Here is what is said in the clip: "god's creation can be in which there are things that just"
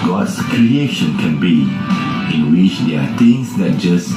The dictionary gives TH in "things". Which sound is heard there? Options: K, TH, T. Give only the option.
T